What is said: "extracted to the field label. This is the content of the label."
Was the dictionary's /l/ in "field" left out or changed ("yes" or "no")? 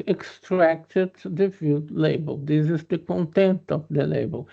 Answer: yes